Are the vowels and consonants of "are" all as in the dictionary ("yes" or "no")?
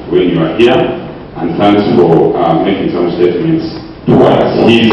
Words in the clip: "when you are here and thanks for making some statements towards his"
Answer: yes